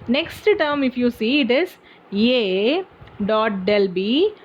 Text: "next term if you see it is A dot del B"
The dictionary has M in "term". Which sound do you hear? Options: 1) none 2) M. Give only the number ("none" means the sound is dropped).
2